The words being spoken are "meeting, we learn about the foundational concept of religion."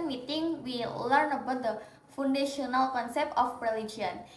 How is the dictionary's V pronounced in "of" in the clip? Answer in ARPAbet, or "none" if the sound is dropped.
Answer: P